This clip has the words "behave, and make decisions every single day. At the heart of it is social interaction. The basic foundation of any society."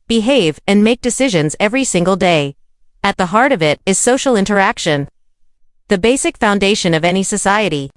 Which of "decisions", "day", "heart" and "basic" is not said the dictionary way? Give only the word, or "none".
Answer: none